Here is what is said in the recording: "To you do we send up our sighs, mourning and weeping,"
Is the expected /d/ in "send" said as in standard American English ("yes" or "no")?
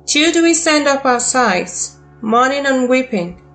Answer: yes